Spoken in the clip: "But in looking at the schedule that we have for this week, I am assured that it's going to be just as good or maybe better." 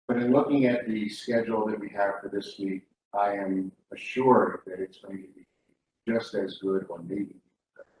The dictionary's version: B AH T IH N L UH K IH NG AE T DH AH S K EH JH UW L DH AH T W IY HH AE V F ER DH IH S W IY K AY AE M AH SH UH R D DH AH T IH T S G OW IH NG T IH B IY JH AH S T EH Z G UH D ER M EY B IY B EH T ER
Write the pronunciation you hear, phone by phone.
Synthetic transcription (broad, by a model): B AH T IH N L UH K IH NG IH T DH AH S K EH JH L DH AH T W IY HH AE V F ER DH IH S W IY K AY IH M AH SH UH R D DH AH T IH T S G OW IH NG T IH B IY JH AH S T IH Z G UH D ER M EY IY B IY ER